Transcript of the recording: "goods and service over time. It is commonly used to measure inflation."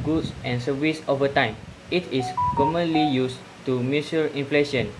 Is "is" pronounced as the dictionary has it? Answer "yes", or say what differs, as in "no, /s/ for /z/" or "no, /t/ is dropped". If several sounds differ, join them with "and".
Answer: no, /s/ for /z/